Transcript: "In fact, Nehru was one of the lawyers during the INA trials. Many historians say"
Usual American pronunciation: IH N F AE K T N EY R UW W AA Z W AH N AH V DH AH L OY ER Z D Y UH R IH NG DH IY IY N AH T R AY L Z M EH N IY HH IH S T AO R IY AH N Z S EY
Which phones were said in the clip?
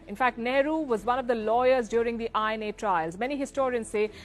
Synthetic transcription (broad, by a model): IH N F AE K T N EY R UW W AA Z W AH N AH V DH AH L OY ER Z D Y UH R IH NG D IY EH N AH T R AY L Z M EH N IY HH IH S T AO R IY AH N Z S EY